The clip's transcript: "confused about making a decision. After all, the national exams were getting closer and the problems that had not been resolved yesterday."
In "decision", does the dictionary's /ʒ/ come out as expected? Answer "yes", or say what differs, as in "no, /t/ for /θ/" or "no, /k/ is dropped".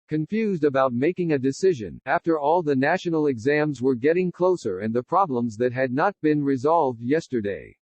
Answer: yes